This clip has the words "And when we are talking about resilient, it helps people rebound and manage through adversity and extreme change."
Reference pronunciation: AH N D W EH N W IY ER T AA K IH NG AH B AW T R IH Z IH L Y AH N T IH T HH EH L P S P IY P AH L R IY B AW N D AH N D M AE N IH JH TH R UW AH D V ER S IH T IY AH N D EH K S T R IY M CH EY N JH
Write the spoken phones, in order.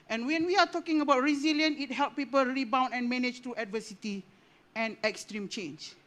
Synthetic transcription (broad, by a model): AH N W EH N W IY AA T AA K IH NG AH B AW T R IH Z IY L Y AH N IH T HH EH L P P IY P AH L R IY B AW N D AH N M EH N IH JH T R UW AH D V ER S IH T IY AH N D EH K S T R IY M CH EY N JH